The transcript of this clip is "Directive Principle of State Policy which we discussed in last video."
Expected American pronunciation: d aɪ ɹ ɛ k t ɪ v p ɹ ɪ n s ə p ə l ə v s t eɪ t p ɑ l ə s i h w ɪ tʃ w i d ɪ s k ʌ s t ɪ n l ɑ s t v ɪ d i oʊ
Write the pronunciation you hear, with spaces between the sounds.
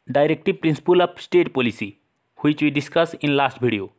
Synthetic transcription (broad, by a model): d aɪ ɹ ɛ k t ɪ p ɹ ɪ n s p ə l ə p s t eɪ t p ɑ l ə s i h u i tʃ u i d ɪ s k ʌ s ɪ n l ɑ s t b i d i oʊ